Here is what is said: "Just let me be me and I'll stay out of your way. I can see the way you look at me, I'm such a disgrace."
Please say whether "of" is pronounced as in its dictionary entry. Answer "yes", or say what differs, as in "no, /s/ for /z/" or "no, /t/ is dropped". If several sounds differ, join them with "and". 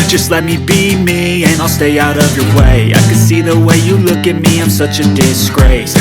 yes